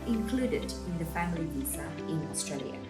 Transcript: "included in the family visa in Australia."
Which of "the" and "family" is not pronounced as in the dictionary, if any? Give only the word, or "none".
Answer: none